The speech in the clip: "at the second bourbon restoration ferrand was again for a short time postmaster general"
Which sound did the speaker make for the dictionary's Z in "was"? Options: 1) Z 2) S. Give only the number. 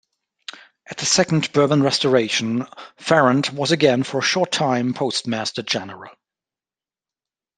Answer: 1